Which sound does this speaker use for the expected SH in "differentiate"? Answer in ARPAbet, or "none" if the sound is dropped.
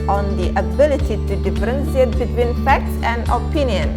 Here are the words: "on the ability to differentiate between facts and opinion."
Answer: S